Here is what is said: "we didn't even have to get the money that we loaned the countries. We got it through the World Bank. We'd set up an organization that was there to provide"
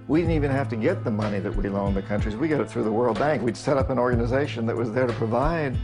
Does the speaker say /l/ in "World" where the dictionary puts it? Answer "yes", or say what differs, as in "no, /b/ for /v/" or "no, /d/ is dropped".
yes